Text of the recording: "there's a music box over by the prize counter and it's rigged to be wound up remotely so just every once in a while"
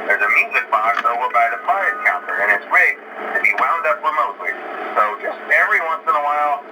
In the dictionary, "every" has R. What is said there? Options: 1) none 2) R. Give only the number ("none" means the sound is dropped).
2